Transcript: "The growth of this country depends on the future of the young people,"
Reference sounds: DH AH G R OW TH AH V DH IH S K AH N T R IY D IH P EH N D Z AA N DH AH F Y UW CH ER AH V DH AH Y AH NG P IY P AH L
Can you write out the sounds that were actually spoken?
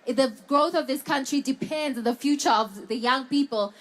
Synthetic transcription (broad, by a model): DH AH G R OW TH AH V DH IH S K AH N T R IY D IH P EH N D Z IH N DH AH F Y UW CH ER AH V DH AH Y AH NG P IY P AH L